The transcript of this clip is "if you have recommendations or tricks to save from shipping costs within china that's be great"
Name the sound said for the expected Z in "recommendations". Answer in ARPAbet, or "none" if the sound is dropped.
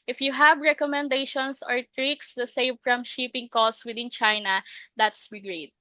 S